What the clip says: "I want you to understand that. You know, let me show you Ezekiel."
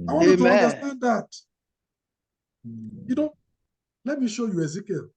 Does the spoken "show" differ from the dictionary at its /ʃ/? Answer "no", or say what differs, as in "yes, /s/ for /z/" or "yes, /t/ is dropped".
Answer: no